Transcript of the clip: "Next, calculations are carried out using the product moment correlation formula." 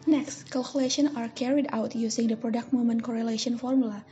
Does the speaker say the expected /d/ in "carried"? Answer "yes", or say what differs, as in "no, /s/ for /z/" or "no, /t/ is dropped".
yes